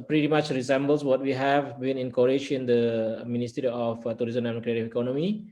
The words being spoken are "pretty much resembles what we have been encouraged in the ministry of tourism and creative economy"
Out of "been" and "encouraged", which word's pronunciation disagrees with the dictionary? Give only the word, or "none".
encouraged